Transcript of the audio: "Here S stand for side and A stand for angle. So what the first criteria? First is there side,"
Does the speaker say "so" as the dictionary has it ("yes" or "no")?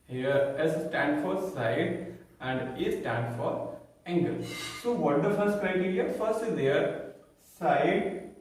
yes